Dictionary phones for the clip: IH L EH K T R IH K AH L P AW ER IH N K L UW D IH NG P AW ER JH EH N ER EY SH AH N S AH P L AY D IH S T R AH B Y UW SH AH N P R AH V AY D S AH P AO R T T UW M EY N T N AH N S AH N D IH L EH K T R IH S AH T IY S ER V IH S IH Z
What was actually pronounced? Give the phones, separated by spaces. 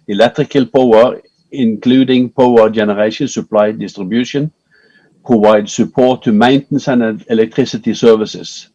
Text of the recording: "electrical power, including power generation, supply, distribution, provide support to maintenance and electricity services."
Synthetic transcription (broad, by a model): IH L EH K T R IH K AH L P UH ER IH N K L UW D IH NG P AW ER JH EH N ER EY SH AH N S AH P L AY D IH S T R AH B Y UW SH AH N P R AH V AY D S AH P AO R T T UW M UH N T N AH N AH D IH L EH K T R IH S AH T IY S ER V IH S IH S